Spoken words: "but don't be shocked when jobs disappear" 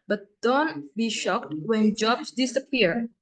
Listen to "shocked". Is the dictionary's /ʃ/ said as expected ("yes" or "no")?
yes